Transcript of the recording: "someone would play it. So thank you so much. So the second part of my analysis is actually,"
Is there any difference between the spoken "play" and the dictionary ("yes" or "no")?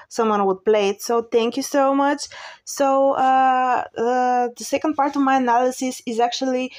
no